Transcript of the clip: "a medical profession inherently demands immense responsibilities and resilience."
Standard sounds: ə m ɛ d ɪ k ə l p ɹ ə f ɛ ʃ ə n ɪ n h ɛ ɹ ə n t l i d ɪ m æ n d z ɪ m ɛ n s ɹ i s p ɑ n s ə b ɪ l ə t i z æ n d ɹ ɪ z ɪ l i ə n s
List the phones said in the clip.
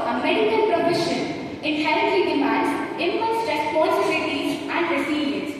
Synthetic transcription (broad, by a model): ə m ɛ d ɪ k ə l p ɹ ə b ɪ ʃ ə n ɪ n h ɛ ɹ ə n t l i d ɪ m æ n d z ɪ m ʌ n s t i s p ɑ s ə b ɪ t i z æ n d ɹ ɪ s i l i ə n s